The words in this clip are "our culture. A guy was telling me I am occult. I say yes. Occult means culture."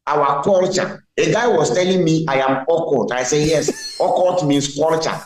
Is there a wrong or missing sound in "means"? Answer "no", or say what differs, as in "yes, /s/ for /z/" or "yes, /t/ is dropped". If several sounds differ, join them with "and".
yes, /s/ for /z/